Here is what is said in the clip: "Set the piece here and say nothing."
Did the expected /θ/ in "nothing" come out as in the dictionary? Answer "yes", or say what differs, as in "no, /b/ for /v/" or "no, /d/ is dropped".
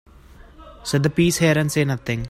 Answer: no, /t/ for /θ/